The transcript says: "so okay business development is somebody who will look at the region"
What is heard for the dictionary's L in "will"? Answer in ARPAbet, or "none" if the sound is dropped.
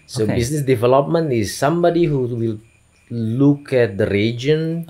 L